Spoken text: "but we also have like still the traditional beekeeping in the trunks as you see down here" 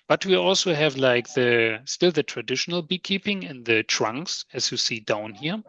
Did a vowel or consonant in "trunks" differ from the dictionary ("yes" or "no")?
no